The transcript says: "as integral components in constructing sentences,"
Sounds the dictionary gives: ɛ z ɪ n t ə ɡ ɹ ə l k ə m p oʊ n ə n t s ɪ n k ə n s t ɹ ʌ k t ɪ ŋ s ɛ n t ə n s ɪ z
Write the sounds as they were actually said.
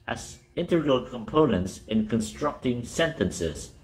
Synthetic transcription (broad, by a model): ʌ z ɪ n t ə ɡ ɹ ə l k ə m p oʊ n ə n t s ɪ n k ə n s t ɹ ʌ k t ɪ ŋ s ɛ n t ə n s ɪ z